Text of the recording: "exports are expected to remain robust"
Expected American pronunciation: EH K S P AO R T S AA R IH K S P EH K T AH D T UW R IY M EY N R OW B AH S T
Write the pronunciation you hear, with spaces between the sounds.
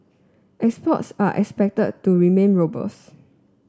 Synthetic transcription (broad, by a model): EH K S P AO T S AA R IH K S P EH K T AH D T UW R IY M EY N R OW B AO S